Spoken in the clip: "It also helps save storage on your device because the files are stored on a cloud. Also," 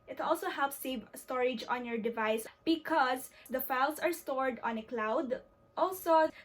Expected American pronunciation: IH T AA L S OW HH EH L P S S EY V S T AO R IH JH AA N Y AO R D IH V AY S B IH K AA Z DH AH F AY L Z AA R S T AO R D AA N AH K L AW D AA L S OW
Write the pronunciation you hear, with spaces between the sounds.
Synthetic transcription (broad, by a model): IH T AA L S OW HH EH L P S S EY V S T AO R IH JH AA N Y AO R D IH V AY S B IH K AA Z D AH F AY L S AA R S T AO R D AA N AH K L AW D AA L S OW